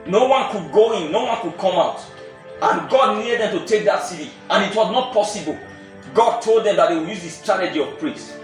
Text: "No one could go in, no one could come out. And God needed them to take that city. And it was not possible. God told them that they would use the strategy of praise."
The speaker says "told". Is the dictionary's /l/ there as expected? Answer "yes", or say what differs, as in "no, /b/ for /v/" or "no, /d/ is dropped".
yes